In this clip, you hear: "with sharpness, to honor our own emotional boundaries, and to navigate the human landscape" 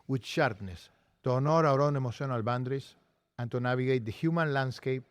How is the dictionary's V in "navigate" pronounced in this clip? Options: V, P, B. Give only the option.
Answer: B